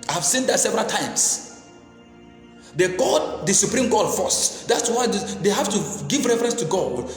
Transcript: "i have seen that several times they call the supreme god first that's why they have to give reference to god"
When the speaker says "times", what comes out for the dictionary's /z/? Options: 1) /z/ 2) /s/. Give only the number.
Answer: 2